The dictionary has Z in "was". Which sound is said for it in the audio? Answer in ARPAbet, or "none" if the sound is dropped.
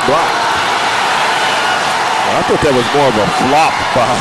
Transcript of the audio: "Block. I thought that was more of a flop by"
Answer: Z